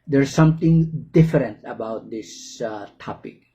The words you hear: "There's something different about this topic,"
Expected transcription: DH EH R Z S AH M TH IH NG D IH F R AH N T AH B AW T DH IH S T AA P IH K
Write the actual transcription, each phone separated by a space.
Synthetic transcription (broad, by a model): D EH R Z S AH M T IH NG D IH F R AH N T AH B AW T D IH S T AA P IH K